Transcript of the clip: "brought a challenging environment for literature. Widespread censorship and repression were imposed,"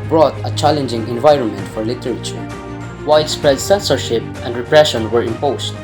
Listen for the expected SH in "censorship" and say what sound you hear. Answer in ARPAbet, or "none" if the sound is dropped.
SH